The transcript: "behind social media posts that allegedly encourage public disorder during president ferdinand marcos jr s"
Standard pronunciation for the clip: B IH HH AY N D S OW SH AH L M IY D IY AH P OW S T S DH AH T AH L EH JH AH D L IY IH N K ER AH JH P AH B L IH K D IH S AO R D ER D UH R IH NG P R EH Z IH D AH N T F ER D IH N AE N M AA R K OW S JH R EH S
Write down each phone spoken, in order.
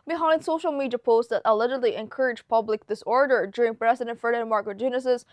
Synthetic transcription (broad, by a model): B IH HH AY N S OW SH L M IY D IY AH P OW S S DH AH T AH L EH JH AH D L IY IH N K ER AH JH P AH B L IH K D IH S AO R D ER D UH R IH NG P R EH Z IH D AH N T F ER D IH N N M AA R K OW JH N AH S